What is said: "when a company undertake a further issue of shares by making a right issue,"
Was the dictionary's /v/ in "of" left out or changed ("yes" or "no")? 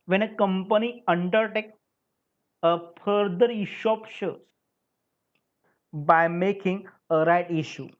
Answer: yes